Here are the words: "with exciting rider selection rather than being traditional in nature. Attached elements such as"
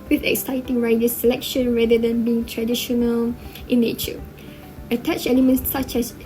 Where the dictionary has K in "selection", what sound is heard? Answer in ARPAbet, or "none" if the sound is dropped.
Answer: K